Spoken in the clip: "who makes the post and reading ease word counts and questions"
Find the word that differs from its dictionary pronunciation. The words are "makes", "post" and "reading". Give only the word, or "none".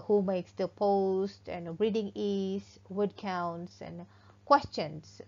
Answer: none